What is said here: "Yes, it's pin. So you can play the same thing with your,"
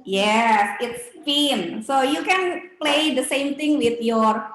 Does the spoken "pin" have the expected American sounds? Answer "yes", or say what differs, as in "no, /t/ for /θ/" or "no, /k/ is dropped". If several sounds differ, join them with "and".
no, /f/ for /p/